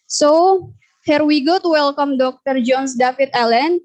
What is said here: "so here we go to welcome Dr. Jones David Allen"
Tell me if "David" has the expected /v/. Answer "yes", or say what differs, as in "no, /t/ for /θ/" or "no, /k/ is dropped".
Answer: no, /f/ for /v/